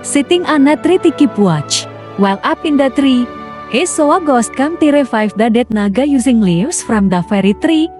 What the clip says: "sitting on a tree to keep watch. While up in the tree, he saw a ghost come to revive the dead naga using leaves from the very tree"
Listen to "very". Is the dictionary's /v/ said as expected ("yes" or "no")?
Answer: no